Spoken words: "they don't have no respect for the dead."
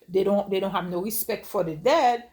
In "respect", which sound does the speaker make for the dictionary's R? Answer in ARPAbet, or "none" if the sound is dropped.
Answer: R